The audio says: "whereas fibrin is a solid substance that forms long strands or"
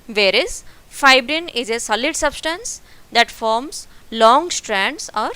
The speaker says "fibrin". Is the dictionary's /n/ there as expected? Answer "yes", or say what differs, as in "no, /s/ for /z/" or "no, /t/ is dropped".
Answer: yes